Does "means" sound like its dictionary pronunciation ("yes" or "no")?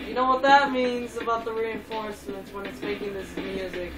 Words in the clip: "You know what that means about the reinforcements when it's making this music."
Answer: yes